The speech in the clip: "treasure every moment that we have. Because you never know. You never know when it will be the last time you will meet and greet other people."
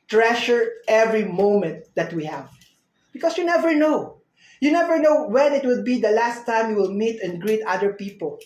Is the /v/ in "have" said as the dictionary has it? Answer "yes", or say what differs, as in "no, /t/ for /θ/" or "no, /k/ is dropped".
yes